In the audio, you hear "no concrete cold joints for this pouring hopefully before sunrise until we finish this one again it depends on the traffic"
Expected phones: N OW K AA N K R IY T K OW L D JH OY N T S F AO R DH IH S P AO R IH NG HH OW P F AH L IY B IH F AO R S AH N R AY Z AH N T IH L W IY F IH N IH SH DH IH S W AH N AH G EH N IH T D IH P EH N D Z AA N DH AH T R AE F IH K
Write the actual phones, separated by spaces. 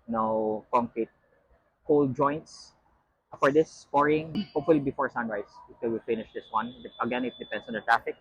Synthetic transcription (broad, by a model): N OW K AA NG K R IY T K OW L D JH OY N T S F AO R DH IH S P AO R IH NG HH OW P F AH L IY B IH F AO R S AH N R AY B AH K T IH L W IY F IH N IH SH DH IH S W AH N AH G EH N IH T D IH P EH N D S AA N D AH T R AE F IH K